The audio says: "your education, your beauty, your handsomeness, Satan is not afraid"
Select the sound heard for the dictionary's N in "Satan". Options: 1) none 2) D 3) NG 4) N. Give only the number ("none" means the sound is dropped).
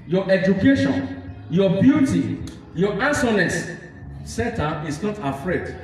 1